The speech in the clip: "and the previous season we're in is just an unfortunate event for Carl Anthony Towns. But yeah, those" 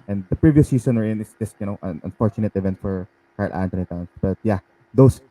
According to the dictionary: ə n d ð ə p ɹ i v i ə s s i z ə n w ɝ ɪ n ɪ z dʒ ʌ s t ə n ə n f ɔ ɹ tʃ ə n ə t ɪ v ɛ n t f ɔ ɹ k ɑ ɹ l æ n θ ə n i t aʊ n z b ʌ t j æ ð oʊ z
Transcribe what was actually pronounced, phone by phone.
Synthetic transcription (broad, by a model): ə n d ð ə p ɹ i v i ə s s i s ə n w ɝ ɪ n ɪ s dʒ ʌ s t ə n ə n f ɔ ɹ tʃ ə n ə t ɪ v ɛ n t f ɔ ɹ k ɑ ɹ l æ n t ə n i t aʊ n s b ʌ t j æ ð oʊ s